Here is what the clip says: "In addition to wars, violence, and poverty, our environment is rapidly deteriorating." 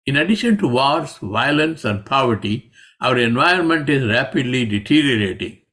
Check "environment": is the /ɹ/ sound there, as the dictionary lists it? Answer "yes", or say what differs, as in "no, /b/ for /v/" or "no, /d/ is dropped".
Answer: no, /ɹ/ is dropped